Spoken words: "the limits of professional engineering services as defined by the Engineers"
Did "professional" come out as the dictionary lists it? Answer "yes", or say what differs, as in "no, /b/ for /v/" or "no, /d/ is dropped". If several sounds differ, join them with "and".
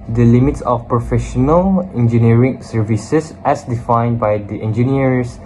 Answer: yes